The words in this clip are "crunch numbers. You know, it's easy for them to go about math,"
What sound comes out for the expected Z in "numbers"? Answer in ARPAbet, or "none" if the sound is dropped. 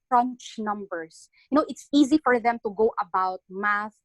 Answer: S